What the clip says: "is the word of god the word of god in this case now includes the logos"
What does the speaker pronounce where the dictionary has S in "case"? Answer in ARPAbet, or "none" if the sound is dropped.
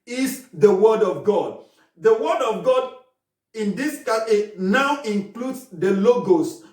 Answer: none